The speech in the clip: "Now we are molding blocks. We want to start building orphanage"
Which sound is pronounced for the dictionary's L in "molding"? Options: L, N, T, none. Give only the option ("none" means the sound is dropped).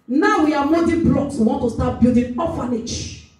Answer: none